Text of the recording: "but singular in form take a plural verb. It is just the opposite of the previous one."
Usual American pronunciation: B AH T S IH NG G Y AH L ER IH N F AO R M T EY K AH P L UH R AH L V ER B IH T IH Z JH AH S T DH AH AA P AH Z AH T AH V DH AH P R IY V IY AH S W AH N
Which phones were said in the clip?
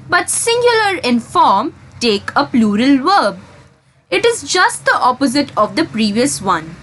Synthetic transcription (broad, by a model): B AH T S IH NG G Y AH L ER IH N F AO R M T EY K AH P L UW R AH L V ER B IH T IH Z JH AH S T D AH AA P AH Z AH T AH V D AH P R IY V IY AH S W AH N